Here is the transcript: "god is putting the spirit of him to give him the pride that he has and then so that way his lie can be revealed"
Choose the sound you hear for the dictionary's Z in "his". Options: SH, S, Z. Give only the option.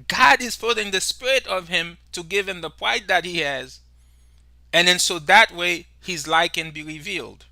Z